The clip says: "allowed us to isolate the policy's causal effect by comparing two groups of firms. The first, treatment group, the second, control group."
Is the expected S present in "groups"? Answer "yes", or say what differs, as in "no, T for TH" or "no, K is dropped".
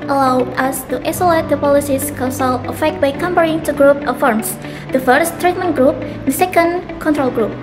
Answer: no, S is dropped